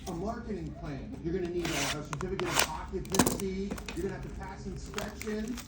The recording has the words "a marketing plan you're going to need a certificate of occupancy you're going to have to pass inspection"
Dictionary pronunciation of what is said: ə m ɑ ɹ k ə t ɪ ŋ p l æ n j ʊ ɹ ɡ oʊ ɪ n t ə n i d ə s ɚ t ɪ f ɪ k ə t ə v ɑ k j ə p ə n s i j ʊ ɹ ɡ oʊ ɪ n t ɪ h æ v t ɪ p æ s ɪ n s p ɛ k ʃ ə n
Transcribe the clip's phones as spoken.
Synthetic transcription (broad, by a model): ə m ɑ ɹ k ə t ɪ ŋ p l æ n j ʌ ɹ ɡ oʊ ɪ n t ə l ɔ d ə s ɚ t ɪ f ɪ k ə t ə p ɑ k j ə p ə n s i j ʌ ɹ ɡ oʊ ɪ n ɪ h æ v t ɪ p æ s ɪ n s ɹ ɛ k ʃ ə n